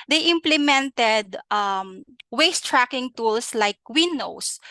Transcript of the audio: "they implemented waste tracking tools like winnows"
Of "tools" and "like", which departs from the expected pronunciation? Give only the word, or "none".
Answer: tools